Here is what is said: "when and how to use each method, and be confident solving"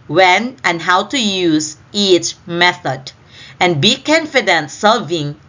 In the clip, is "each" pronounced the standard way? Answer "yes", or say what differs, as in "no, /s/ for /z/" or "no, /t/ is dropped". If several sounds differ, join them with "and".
yes